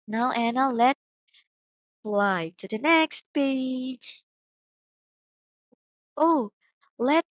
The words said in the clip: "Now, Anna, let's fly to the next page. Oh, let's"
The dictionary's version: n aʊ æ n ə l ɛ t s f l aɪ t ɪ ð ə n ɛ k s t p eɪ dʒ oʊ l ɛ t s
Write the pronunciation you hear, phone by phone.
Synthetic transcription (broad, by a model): n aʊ æ n ə l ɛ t f l aɪ t ɪ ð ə n ɛ k s t b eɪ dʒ oʊ l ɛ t